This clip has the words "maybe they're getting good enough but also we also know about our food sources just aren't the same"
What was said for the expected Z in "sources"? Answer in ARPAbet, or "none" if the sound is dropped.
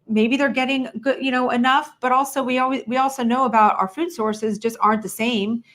Z